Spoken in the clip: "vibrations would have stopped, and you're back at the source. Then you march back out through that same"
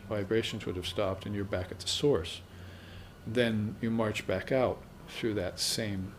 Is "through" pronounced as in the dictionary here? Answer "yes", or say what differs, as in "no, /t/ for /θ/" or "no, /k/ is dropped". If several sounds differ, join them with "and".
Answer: yes